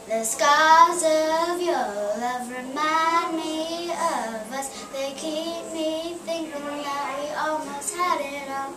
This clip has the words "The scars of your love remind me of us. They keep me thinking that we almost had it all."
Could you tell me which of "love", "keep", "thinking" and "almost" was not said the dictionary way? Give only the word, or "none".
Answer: none